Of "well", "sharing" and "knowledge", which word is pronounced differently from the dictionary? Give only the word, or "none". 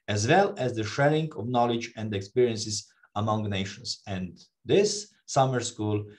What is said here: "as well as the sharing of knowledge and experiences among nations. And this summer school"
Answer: sharing